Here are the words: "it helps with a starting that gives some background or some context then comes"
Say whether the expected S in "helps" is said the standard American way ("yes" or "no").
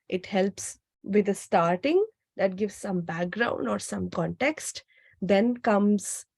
yes